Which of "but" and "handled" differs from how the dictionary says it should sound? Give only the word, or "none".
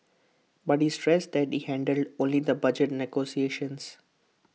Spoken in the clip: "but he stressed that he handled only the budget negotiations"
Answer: none